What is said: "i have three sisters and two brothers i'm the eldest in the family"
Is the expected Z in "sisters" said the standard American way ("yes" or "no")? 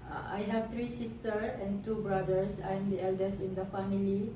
no